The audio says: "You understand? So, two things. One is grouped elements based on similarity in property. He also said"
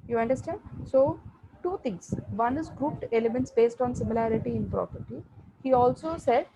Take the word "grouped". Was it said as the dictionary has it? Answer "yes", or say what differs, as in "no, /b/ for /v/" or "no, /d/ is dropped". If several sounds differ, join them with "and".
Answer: yes